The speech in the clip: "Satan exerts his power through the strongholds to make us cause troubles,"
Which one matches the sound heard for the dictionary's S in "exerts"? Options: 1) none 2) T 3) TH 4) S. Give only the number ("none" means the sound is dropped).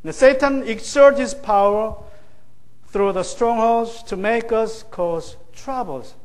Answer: 1